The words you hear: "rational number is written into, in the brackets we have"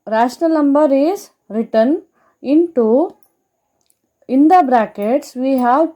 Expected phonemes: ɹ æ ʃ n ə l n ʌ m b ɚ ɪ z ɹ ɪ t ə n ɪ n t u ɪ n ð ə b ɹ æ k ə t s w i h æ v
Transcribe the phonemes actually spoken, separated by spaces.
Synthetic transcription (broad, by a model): ɹ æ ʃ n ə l n ʌ m b ɚ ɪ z ɹ ɪ t ə n ɪ n t u ɪ n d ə b ɹ æ k ə t s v i h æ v